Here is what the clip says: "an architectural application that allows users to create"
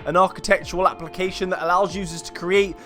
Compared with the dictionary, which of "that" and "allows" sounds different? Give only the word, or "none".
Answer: none